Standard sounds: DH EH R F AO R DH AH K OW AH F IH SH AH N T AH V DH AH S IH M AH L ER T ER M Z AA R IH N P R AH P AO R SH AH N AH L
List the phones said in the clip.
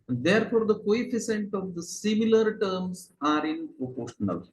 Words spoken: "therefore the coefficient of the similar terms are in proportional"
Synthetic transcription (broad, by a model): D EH R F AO R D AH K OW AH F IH S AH N T AH V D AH S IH M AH L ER T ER M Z AA R IH N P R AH P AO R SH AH N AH L